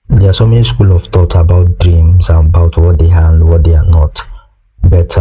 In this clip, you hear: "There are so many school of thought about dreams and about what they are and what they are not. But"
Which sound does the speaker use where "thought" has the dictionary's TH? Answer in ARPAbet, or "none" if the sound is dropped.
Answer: T